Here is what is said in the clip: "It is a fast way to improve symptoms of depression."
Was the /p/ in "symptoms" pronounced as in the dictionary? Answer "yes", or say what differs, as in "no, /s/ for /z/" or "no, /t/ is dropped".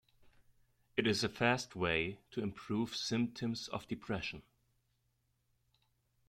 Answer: yes